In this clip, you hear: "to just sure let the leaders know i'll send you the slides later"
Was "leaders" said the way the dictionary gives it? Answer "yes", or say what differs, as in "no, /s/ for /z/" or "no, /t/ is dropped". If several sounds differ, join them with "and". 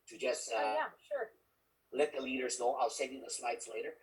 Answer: yes